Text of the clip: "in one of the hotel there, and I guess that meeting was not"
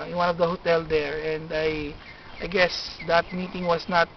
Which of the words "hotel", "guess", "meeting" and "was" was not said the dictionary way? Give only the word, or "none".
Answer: was